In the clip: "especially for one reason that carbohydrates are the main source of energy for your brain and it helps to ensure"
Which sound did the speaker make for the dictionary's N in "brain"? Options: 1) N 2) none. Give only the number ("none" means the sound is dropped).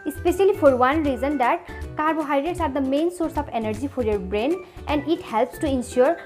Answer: 1